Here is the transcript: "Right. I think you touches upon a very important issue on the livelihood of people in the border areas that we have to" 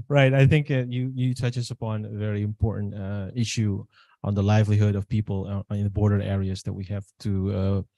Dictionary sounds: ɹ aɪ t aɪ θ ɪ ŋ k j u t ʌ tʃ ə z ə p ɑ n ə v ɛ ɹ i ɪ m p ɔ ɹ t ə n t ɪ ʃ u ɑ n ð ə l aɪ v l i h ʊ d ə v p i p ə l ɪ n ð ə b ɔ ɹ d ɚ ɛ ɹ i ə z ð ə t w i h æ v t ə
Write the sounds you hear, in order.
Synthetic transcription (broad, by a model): ɹ aɪ t aɪ θ ɪ ŋ k j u t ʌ tʃ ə s ə p ɑ n ə v ɛ ɹ i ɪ m p ɔ ɹ t n t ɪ ʃ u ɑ n ð ə l aɪ v l i h ʊ d ə v p i p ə l ɪ n ð ə b ɔ ɹ d ɚ ɛ ɹ i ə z ð ə t w i h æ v t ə